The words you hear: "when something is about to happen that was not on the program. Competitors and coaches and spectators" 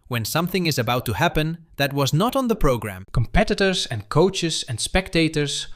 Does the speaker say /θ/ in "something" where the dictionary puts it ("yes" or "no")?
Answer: yes